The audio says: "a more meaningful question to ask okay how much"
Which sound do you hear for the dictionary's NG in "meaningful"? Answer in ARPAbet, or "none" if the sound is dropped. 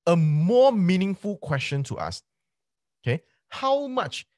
NG